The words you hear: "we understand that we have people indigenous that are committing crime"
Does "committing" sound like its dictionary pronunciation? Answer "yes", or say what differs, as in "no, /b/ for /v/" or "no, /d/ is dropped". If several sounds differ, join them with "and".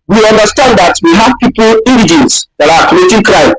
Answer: no, /m/ is dropped